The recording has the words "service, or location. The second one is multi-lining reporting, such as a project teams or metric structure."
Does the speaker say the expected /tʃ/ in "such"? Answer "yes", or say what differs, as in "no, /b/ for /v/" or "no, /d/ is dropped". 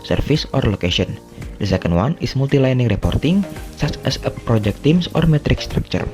no, /s/ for /tʃ/